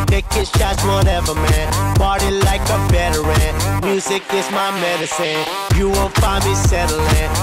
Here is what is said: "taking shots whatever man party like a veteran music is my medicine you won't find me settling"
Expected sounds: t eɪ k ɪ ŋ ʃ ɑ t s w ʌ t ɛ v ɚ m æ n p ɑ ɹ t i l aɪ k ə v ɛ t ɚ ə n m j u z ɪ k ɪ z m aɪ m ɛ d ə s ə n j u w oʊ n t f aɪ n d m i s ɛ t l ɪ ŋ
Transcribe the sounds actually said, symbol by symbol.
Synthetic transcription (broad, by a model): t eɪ k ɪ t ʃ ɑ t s w ʌ t ɛ v ɚ m æ n b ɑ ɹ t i l aɪ k ə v ɛ t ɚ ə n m j u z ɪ k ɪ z m aɪ m ɛ d ə s ə n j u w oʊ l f aɪ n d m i s ɛ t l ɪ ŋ